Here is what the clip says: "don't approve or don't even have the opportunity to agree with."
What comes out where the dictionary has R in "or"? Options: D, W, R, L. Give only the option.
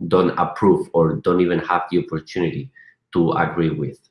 R